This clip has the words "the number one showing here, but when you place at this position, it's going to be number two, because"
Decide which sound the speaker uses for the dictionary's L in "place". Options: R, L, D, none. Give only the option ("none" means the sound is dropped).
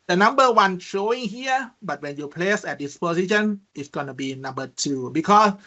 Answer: L